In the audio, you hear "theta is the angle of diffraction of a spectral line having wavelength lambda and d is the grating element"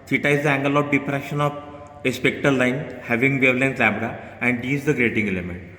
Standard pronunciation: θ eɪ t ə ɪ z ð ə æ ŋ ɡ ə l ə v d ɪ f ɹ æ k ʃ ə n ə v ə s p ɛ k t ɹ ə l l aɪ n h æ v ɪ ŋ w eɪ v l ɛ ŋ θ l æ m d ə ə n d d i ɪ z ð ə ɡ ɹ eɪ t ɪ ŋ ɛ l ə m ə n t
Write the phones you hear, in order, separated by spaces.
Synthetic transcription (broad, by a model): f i t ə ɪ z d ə æ ŋ ɡ ə l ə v d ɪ p ɹ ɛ ʃ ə n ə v ə s p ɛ k t ə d l aɪ n h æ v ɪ ŋ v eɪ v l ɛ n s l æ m d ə ə n d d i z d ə ɡ ɹ eɪ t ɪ ŋ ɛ l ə m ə n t